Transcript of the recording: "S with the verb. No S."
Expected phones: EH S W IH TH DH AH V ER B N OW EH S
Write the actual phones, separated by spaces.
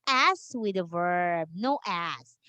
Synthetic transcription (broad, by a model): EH S W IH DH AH V ER B N OW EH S